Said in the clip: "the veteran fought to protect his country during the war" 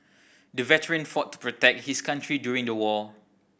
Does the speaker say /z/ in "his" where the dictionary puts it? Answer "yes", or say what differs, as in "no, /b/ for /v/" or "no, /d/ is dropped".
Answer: no, /s/ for /z/